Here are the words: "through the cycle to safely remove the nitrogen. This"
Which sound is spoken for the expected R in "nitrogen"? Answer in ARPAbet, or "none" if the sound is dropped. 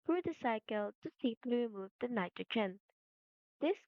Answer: none